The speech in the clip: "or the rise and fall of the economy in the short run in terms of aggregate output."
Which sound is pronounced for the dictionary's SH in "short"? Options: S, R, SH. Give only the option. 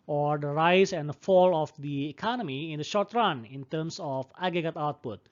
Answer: SH